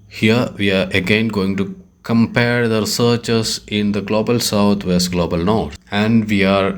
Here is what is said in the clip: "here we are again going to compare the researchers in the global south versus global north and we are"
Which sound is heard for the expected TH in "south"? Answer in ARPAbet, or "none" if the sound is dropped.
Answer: T